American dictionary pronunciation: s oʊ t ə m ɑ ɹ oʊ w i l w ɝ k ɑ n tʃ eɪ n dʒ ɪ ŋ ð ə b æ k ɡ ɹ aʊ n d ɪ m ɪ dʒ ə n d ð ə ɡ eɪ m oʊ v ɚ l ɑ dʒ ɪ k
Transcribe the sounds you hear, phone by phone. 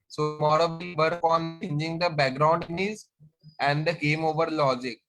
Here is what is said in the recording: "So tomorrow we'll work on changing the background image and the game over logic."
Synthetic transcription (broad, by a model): s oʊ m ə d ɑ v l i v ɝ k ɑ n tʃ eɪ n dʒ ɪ ŋ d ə b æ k ɡ ɹ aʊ n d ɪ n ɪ z ə n d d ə ɡ eɪ m oʊ v ɚ l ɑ dʒ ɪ k